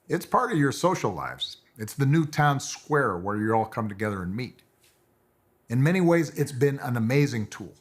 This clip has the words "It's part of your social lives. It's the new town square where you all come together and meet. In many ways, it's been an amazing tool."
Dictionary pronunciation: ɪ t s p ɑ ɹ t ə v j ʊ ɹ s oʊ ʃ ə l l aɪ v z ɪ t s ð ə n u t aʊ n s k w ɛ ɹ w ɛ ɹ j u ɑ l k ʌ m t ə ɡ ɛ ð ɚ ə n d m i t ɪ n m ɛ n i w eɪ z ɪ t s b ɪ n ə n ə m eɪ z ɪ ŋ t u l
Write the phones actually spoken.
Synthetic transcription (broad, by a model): ɪ t s p ɑ ɹ t ə v j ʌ ɹ s oʊ ʃ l l aɪ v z ɪ t s ð ə n u t aʊ n s k w ɛ ɹ w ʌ ɹ j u ɑ l k ʌ m t ə ɡ ɛ ð ɚ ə n m i t ɪ n m ɛ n i w eɪ z ɪ t s b ɪ n ə n ə m eɪ z ɪ ŋ t u l